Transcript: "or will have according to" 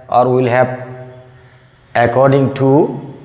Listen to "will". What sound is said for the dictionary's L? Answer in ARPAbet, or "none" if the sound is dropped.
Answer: L